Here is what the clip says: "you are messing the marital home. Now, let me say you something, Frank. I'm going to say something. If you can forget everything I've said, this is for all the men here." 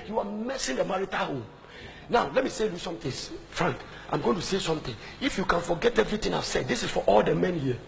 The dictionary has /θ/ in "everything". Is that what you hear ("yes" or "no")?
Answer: no